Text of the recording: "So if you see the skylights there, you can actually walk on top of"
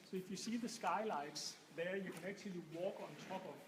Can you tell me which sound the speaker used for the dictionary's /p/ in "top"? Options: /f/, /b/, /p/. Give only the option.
/b/